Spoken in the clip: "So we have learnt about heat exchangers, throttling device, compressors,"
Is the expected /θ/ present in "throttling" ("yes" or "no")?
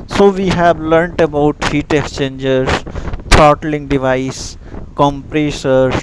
no